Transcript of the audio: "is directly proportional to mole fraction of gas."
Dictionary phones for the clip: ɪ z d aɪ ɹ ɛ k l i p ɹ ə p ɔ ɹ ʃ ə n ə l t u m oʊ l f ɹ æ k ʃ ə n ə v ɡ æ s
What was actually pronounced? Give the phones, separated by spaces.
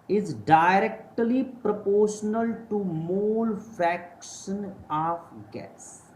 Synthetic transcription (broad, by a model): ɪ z d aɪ ɹ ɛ k l i p ɹ ə p ɔ ɹ ʃ ə n ə l t u m oʊ l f æ k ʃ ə n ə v ɡ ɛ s